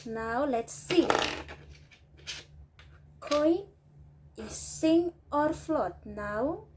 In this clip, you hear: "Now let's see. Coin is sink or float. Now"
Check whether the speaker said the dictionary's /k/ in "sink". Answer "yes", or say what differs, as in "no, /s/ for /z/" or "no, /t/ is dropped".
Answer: no, /k/ is dropped